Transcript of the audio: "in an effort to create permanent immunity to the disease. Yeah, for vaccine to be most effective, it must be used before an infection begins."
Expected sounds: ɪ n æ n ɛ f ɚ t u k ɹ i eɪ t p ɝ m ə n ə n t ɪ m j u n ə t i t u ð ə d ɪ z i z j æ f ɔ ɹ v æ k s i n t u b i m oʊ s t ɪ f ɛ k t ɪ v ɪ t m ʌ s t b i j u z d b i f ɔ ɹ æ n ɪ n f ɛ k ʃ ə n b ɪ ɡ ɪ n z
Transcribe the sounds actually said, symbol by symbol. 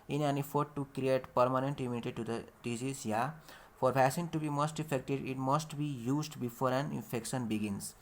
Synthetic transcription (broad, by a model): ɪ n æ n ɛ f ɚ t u k ɹ i eɪ t p ɝ m ə n ə n t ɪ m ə t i t u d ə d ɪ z i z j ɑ f ɔ ɹ p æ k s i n t u b i m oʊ s t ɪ f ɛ k t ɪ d ɪ t m ʌ s t b i j u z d b i f ɔ ɹ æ n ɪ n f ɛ k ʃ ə n b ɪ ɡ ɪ n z